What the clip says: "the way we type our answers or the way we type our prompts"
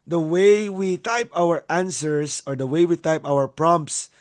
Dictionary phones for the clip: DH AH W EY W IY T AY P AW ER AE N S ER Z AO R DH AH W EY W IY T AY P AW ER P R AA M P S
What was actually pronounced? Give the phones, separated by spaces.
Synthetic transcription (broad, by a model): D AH W EY W IY T AY P AW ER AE N S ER S AO R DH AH W EY W IY T AY P AW ER P R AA M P S